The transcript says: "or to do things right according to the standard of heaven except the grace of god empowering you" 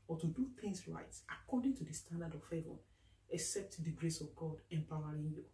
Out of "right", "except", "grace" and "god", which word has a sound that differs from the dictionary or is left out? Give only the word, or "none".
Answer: none